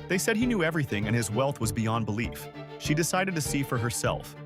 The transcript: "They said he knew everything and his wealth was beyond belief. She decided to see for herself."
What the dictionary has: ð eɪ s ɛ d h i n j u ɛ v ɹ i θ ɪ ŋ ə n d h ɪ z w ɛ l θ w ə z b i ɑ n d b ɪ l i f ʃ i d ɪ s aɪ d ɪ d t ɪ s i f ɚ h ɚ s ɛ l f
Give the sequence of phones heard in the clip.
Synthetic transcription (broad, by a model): ð eɪ s ɛ d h i n j u ɛ v ɹ i θ ɪ ŋ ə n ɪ z w ɛ l θ w ə z b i ɑ n b ɪ l i f ʃ i d ɪ s aɪ d ɪ d t ɪ s i f ɚ h ɚ s ɛ l f